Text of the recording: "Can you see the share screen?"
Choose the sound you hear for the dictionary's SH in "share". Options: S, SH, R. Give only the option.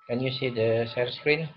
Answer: S